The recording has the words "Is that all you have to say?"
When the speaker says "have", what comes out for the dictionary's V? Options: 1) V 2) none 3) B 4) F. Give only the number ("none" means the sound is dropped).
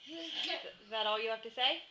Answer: 4